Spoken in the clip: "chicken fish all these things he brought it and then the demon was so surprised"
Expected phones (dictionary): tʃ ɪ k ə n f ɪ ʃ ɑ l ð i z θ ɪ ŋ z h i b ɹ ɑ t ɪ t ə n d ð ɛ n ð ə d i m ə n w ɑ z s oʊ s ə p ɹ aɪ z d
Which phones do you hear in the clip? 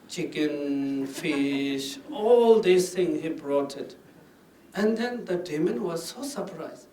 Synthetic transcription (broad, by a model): tʃ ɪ k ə n f ɪ ʃ ɑ l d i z t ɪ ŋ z h i b ɹ ɑ t ɪ t ə n d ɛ n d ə d i m ə n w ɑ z s oʊ s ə p ɹ aɪ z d